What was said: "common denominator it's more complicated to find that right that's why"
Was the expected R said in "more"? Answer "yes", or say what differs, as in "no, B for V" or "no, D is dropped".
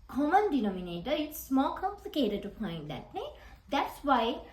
no, L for R